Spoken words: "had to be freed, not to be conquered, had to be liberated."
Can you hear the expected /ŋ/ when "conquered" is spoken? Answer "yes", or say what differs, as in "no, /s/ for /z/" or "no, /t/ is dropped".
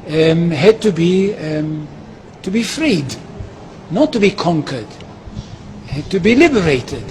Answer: yes